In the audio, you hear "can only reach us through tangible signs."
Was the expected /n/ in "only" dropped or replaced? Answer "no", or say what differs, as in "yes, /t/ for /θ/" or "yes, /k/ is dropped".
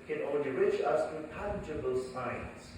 yes, /n/ is dropped